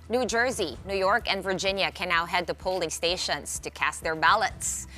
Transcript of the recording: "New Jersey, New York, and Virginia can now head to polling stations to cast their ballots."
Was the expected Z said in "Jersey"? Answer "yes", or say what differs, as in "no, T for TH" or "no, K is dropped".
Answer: yes